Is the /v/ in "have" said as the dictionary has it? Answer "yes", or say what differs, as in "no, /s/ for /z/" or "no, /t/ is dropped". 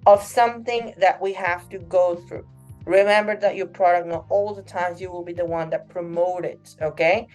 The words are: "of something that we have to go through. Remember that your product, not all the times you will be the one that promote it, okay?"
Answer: no, /f/ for /v/